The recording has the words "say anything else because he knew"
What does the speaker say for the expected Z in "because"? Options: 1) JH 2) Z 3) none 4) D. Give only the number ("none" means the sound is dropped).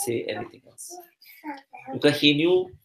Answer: 3